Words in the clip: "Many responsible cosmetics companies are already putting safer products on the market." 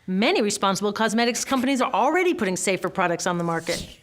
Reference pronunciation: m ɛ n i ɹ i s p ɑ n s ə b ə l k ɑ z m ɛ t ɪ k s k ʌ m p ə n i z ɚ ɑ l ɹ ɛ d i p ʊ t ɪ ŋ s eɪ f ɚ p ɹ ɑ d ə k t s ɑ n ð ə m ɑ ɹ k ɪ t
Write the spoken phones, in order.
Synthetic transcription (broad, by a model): m ɛ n i ɹ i s p ɑ n s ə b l k ɑ z m ɛ t ɪ k s k ʌ m p ə n i z ɚ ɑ l ɹ ɛ d i p ʊ t ɪ ŋ s eɪ f ɚ p ɹ ɑ d ə k t s n ð ə m ɑ ɹ k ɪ t